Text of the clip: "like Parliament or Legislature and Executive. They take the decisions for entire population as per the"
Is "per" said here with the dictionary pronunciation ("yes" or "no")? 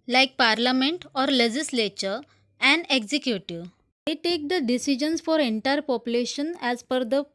no